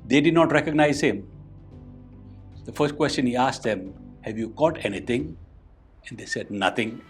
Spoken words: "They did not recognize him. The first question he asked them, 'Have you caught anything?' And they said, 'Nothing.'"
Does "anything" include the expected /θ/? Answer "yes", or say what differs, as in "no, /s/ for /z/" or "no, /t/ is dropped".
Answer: no, /t/ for /θ/